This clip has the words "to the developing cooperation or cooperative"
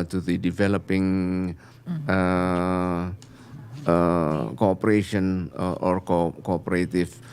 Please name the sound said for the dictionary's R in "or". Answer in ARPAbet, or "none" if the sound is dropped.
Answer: R